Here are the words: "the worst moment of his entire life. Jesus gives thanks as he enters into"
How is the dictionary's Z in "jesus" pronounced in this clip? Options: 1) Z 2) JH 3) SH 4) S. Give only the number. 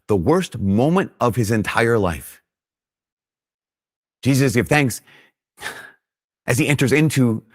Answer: 1